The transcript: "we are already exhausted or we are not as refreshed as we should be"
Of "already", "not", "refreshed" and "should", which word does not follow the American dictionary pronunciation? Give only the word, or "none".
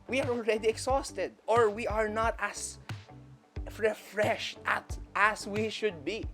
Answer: none